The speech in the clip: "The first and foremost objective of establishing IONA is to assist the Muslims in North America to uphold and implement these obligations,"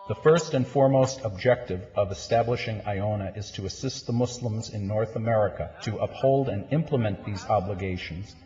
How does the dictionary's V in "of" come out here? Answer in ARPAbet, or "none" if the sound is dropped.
V